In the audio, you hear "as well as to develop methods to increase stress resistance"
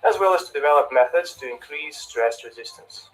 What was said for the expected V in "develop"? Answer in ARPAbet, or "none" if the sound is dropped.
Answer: V